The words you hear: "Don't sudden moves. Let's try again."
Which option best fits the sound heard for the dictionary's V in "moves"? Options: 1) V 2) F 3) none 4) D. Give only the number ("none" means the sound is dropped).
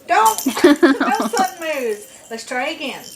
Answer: 3